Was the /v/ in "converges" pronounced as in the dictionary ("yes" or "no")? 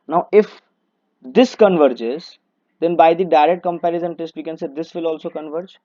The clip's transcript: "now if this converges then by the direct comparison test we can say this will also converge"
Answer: yes